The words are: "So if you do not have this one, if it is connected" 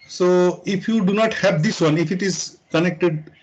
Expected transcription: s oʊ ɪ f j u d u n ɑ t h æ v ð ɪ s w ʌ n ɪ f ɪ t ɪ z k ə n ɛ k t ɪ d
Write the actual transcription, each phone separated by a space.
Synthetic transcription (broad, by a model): s oʊ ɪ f j u d u n ɑ t h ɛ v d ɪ s w ʌ n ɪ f ɪ t ɪ z k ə n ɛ k t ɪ d